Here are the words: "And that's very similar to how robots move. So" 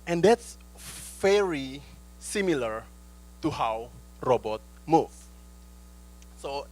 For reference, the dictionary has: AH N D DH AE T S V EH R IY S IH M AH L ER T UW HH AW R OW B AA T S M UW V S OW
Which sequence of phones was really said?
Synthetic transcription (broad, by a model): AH N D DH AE T S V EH R IY S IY M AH L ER T UW HH AW R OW B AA T M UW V S OW